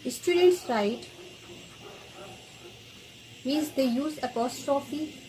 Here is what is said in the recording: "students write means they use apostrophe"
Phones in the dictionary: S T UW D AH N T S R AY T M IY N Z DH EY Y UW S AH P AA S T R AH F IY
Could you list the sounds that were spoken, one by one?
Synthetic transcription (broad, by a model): S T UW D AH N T S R AY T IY Z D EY Y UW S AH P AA S T R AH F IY